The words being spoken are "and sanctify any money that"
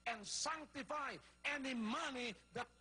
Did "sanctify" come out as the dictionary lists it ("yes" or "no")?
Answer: yes